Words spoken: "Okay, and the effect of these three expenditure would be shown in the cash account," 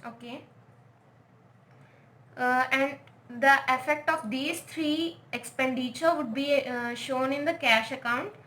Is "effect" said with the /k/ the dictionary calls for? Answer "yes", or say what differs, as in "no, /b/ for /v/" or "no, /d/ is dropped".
yes